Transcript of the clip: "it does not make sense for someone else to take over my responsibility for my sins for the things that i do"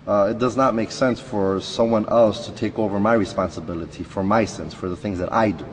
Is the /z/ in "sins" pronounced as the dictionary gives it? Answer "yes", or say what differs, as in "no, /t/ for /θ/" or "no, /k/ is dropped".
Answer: no, /s/ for /z/